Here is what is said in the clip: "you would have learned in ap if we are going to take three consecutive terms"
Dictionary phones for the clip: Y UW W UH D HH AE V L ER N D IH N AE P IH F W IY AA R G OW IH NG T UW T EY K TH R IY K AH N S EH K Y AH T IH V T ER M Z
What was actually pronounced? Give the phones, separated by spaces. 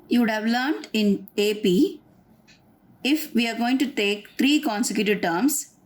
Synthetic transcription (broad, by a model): Y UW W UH D HH AE V L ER N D IH N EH P IH F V IY AA R G OW IH NG T UW T EY K T R IY K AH N S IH K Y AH T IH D T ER M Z